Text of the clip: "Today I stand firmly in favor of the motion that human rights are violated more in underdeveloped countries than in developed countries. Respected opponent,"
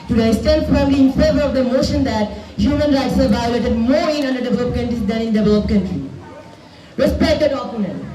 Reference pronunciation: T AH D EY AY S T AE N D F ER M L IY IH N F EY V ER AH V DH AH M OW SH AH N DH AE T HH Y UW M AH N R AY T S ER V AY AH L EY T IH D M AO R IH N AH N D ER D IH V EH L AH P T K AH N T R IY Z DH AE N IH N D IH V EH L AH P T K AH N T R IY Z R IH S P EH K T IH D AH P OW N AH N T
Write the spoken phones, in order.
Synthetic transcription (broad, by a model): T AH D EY S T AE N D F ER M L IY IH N F EY V ER AH V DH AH M OW SH AH N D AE T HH Y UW M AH N R AY T S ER V AY AH L EY T IH D M AO R IH N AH N D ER D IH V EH L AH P K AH N T R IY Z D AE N IH N D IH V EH L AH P K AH N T R IY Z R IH S P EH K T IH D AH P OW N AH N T